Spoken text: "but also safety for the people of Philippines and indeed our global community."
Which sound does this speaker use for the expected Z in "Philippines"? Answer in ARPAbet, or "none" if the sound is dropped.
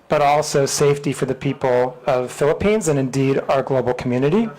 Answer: Z